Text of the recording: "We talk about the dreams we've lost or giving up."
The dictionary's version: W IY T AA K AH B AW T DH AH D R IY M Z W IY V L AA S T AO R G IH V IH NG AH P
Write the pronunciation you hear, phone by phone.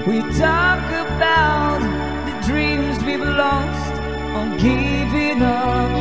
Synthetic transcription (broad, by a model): W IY T AA K AH B AW T DH AH D R IY M Z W IY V L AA S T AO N G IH V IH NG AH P